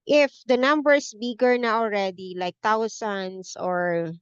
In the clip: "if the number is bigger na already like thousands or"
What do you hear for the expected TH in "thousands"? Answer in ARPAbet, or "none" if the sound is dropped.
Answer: T